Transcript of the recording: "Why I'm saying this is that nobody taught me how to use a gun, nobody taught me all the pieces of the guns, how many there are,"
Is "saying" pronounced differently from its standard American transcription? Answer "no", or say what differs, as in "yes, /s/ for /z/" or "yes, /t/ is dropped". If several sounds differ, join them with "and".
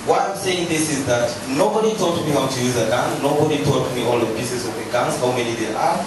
no